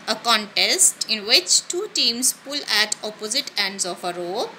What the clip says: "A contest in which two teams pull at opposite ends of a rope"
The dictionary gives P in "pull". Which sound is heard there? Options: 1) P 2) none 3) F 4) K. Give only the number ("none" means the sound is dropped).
1